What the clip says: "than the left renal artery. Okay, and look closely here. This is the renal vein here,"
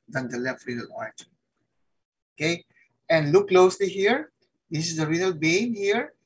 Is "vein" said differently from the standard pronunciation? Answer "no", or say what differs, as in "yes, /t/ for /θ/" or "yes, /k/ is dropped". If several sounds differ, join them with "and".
yes, /b/ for /v/